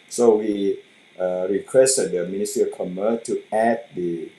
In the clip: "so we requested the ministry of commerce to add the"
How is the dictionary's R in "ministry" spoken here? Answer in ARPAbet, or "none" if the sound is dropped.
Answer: none